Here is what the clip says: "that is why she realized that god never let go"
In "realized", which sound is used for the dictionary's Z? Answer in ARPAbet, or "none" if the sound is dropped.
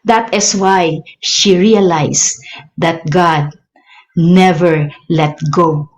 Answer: S